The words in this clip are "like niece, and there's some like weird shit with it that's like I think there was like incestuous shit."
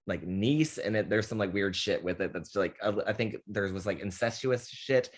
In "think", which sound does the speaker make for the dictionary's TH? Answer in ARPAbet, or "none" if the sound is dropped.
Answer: TH